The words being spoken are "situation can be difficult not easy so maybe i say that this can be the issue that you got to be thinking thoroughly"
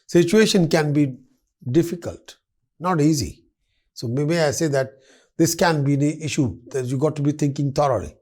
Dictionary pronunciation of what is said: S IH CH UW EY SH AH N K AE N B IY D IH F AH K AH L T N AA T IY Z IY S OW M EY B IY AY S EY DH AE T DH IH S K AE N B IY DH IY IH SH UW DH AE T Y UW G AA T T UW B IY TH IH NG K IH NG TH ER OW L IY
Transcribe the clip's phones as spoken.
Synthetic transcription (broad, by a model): S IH CH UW EY SH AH N K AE N B IY D IH F AH K AH L T N AA T IY Z IY S OW M EY B IY AY S EY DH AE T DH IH S K AE N B IY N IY IH SH UW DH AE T Y UW G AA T T UW B IY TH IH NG K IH NG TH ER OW L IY